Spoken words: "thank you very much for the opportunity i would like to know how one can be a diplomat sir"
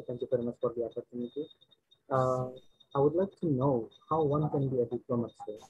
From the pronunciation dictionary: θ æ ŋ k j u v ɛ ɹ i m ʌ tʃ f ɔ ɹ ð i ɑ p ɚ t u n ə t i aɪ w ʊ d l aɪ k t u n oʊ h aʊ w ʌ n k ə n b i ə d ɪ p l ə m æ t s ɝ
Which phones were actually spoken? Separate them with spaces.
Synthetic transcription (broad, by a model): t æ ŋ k j u f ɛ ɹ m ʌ s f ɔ ɹ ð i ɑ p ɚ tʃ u n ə t i aɪ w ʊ d l aɪ k t u n oʊ h aʊ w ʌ n k ə n b i ə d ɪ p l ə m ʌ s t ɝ